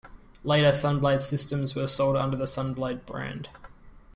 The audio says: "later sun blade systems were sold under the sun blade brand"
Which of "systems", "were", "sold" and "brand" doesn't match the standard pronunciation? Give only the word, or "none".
none